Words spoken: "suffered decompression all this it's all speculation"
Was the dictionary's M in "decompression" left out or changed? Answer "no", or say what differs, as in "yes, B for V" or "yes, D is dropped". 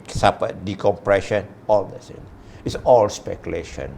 no